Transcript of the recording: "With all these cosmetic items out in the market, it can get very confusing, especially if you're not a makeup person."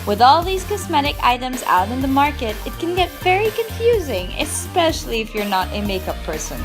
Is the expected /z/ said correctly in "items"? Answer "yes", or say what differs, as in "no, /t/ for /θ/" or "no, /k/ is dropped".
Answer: yes